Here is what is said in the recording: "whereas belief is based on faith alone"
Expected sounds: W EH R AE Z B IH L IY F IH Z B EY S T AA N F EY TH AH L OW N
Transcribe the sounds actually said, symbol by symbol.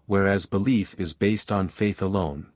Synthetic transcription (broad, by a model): W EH R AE Z B IH L IY F IH Z B EY S T N F EY TH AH L OW N